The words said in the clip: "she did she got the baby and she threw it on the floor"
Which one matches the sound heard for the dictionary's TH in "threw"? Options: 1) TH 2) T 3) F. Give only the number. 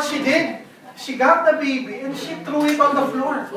2